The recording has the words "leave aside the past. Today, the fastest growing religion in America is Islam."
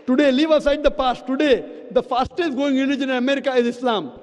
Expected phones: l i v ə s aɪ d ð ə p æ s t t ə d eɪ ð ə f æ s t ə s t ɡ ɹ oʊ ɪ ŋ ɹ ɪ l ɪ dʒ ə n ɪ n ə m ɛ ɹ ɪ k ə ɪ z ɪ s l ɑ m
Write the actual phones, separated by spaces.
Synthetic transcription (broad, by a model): l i v ə s aɪ d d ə p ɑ s t t ə d eɪ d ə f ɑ s t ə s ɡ oʊ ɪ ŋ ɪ n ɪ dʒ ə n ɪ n ə m ɛ ɹ ɪ k ə ɪ z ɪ s l ɑ m